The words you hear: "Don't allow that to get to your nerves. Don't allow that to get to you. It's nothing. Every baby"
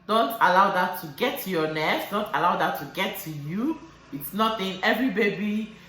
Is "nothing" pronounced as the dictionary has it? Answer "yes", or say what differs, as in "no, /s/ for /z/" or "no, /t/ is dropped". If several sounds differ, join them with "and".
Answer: no, /t/ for /θ/